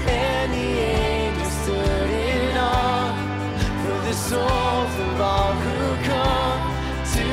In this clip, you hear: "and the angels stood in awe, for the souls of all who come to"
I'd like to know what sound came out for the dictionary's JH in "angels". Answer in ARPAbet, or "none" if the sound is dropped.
none